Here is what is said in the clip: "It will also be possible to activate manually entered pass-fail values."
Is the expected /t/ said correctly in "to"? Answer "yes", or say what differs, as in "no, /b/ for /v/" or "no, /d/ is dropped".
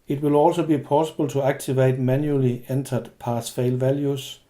no, /s/ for /t/